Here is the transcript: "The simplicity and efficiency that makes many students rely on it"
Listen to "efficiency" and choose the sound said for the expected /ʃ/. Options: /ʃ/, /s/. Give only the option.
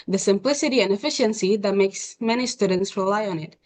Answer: /ʃ/